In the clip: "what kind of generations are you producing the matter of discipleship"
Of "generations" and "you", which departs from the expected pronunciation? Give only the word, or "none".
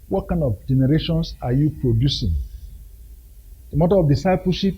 generations